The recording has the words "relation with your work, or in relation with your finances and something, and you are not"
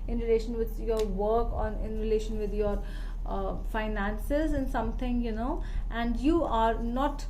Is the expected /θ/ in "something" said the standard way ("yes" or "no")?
no